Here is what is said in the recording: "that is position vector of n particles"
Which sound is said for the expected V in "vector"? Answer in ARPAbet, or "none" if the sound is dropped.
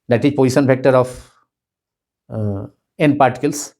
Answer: F